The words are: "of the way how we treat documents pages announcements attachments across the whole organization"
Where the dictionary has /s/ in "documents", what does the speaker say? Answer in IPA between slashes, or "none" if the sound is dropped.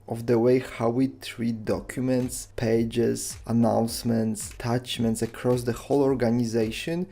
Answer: /s/